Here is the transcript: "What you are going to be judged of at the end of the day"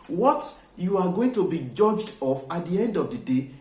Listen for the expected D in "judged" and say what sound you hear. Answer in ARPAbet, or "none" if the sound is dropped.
D